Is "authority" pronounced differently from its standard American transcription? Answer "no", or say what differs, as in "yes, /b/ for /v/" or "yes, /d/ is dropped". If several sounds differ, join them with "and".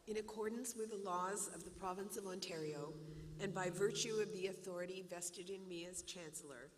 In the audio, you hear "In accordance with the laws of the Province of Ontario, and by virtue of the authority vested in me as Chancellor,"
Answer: no